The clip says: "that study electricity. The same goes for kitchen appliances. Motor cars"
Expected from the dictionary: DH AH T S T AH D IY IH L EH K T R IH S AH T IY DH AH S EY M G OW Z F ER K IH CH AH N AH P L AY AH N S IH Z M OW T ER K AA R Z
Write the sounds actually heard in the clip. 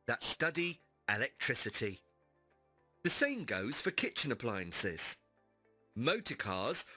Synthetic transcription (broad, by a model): DH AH T S T AH D IY IH L EH K T R IH S AH T IY DH AH S EY M G OW Z F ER K IH CH AH N AH P L AY AH N S IH Z M OW T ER K AA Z